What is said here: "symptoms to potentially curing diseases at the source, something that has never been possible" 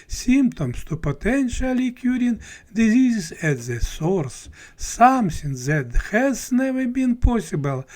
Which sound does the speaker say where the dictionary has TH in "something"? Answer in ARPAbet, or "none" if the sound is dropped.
S